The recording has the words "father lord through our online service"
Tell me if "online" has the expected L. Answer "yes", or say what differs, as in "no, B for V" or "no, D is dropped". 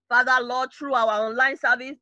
yes